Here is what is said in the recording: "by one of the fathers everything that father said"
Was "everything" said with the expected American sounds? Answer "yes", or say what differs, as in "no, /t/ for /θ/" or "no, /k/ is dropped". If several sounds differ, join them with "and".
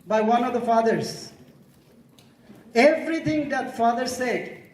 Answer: no, /t/ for /θ/